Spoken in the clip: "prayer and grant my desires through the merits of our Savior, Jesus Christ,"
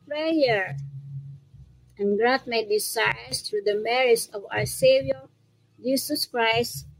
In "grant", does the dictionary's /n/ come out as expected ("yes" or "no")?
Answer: no